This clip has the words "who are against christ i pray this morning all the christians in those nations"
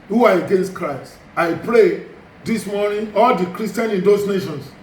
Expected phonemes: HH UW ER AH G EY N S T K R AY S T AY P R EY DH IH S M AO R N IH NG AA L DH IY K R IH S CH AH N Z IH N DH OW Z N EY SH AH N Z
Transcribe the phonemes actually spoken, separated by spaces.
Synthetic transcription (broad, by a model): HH UW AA AH G EY N S T K R AY S T AY P R EY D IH S M AO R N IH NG AA L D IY K R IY S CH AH N IH N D OW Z N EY SH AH N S